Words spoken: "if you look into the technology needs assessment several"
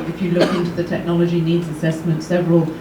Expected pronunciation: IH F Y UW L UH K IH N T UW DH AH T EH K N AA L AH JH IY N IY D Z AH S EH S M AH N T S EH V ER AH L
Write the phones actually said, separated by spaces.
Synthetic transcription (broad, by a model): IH F Y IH L UH K IH N T UW DH AH T EH K N AA L AH JH IY N IY D Z AH S EH S M AH N T S EH V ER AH L